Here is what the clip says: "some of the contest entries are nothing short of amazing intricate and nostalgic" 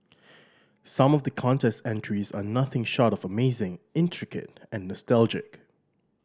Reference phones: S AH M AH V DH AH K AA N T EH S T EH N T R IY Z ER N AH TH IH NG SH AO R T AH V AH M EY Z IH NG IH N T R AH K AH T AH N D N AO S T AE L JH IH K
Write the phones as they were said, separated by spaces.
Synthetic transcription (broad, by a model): S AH M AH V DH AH K AA N T EH S T EH N T R IY Z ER N AH TH IH NG SH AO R T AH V AH M EY Z IH NG IH N T R AH K AH T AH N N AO S T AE L JH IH K